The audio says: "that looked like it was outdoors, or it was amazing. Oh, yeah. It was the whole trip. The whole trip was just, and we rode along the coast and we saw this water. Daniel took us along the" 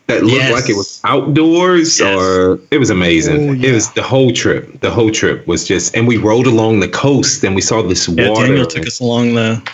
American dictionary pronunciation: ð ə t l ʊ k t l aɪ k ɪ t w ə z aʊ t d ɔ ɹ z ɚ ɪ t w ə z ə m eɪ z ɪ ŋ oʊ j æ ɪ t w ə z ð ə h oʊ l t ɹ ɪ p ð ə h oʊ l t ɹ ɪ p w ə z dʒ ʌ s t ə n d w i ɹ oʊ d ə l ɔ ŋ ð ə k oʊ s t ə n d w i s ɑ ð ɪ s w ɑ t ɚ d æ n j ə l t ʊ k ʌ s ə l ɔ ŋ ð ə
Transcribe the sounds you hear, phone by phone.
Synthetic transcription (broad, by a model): ð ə t l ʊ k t l aɪ k ɪ t w ə z aʊ t d ɔ ɹ z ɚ ɪ t w ə z ə m eɪ z ɪ ŋ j ɪ t w ə z ð ə h oʊ l t ɹ ɪ p ð ə h oʊ l t ɹ ɪ p w ə z dʒ ʌ s t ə n w i ɹ oʊ d ə l ɔ ŋ ð ə k oʊ s t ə n w i s ɑ ð ɪ s w ɑ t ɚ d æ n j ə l t ʊ k ʌ s ə l ɔ ŋ ð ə